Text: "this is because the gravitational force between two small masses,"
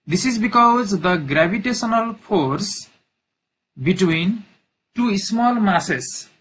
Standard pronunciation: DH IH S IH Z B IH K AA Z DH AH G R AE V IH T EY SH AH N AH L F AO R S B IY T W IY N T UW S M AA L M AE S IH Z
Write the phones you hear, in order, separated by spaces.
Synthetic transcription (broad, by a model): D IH S IH Z B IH K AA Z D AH G R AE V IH T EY S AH N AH L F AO R S B IY T W IY N T UW S M AA L M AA S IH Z